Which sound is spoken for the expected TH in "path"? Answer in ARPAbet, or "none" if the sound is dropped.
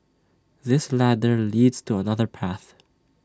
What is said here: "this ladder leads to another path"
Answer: TH